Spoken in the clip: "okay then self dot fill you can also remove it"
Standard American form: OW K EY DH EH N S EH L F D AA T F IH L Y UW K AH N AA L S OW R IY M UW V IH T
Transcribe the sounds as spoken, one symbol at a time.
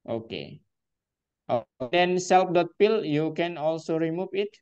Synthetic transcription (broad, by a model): OW K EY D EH N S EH L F D AA T P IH L Y UW K AH N AA L S OW R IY M UW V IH T